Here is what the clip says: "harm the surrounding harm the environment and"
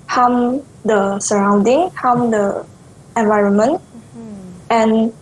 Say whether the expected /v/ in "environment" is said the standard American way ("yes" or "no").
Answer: yes